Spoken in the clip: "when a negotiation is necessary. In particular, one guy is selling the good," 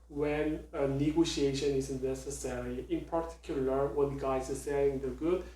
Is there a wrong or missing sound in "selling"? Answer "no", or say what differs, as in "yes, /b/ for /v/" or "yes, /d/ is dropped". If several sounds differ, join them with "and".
yes, /l/ is dropped